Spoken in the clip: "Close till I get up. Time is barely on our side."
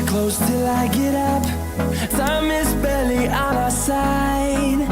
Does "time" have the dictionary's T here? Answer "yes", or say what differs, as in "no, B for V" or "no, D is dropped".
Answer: no, S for T